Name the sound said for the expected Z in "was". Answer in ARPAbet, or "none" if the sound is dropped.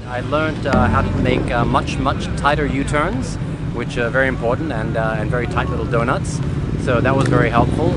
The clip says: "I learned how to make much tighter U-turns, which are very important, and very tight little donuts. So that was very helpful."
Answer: Z